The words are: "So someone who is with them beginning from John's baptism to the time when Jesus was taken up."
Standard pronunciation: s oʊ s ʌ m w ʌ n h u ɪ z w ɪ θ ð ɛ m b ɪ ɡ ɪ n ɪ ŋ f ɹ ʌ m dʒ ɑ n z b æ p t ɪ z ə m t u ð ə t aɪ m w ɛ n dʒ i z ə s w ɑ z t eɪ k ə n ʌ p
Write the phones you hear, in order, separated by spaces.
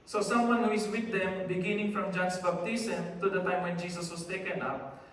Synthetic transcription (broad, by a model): s oʊ s ʌ m w ʌ n h u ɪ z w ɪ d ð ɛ m b ɪ ɡ ɪ n ɪ ŋ f ɹ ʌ m dʒ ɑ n s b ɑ b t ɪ s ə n t u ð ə t aɪ m w ɛ n dʒ i s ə s w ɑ s t eɪ k ə n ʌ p